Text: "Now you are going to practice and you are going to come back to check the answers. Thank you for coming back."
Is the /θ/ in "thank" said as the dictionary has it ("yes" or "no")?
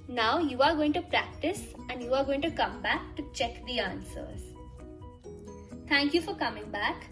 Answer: no